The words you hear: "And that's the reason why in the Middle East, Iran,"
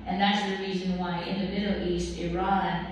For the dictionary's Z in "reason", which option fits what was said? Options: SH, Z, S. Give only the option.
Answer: Z